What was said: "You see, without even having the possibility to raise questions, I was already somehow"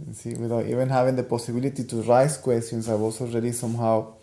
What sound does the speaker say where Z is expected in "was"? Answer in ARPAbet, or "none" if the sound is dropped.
S